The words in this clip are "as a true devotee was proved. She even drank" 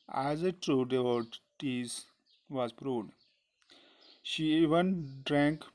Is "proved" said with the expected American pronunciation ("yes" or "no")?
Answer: no